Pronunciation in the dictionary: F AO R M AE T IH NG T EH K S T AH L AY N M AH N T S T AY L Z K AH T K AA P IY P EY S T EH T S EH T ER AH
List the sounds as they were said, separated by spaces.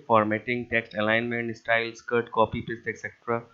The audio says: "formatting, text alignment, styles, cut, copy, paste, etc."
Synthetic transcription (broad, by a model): F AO R M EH T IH NG T EH K S T AH L AY N M AH N T S T AY L S K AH T K AA P IY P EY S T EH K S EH T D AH